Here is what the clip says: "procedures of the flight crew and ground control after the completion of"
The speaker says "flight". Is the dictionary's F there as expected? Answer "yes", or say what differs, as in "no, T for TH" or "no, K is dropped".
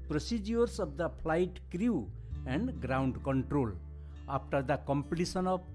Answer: no, P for F